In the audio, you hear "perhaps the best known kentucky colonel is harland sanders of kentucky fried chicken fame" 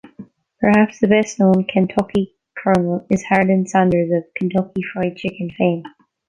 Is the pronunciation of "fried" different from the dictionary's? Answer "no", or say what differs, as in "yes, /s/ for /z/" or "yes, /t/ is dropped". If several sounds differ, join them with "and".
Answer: no